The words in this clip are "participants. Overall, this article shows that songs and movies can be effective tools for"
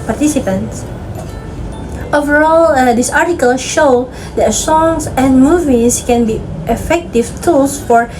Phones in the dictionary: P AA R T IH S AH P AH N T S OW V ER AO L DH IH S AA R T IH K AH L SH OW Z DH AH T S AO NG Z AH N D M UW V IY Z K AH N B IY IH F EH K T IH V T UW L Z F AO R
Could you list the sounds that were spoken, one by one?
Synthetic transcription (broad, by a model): P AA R T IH S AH P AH N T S OW V ER AO L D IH S AA R T IH K AH L SH OW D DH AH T S AO NG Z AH N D M UW V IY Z K AH N B IY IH F EH K T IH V T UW L S F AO R